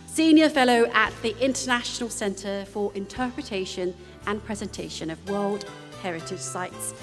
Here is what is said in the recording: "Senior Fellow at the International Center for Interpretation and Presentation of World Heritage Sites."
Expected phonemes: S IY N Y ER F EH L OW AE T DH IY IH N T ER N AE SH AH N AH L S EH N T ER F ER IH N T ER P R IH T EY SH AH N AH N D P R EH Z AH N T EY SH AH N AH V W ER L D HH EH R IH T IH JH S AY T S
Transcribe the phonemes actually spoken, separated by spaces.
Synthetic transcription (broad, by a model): S IY N Y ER F EH L OW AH T DH IY IH N T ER N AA SH AH N AH L S EH N T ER F ER IH N T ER P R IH T EY SH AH N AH N P R EH Z AH N T EY SH AH N AH V W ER L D HH EH R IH T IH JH S AY T S